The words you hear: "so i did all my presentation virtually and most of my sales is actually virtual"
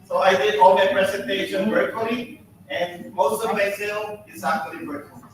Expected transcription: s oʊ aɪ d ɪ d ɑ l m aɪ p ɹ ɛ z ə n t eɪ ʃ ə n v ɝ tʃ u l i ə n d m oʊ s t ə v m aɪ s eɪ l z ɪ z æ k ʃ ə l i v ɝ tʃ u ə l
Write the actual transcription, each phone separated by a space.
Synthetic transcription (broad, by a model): s oʊ aɪ d ɪ d ɑ l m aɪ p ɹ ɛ s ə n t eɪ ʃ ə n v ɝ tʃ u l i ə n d m oʊ s t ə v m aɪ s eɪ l ɪ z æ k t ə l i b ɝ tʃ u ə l